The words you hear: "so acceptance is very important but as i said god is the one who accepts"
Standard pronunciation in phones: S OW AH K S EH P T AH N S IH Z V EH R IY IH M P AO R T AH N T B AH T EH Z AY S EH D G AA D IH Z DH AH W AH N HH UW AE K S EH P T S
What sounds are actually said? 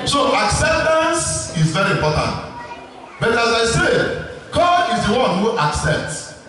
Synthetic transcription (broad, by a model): S OW AH K S EH P T AH N S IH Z V EH R IY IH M P AO T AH N T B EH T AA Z AY S EH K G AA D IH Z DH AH W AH N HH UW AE K S EH P T S